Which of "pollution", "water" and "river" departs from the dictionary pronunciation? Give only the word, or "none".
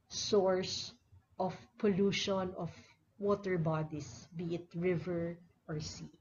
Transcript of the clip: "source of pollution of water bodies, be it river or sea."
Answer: none